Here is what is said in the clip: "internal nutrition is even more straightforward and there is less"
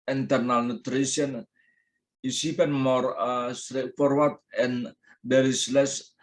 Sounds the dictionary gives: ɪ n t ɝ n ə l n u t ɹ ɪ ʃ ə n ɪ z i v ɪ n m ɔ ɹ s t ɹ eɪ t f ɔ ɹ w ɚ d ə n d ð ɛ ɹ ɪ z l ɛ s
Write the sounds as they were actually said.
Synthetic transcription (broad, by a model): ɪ n t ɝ n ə l n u t ɹ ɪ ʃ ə n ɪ s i p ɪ n m ɔ ɹ s t ɹ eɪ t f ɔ ɹ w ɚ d ə n d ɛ ɹ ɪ s l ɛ s